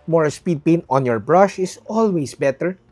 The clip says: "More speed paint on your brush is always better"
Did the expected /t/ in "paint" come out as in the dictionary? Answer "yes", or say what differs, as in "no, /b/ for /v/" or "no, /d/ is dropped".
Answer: no, /t/ is dropped